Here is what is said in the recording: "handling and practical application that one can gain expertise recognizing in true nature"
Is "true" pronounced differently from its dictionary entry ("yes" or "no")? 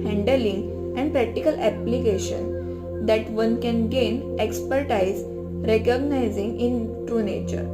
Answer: no